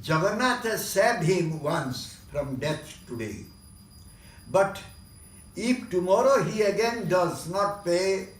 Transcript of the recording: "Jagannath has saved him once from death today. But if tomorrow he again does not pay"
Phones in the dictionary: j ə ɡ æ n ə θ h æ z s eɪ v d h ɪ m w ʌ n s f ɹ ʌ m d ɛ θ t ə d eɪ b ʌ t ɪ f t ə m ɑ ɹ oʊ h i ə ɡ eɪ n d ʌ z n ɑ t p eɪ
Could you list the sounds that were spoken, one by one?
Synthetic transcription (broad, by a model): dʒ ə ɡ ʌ n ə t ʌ s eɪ d h ɪ m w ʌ n s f ɹ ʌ m d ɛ t t ə d eɪ b ʌ t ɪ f t ə m ɑ ɹ oʊ h i ə ɡ eɪ n d ʌ z n ɑ t p eɪ